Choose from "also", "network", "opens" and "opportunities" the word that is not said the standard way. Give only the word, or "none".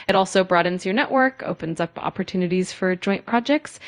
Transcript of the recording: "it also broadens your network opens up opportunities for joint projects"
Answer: none